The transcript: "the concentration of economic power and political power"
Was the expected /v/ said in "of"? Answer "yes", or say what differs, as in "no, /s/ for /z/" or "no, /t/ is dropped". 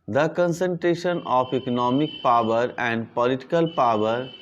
no, /p/ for /v/